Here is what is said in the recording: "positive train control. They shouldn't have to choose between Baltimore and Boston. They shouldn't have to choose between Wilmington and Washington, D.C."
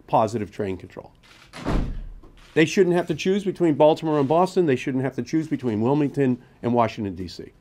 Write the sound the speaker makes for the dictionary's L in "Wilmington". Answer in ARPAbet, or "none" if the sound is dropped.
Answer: L